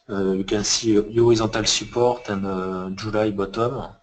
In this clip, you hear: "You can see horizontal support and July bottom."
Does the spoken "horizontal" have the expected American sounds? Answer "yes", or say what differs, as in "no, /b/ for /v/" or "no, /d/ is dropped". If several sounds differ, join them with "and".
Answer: no, /n/ is dropped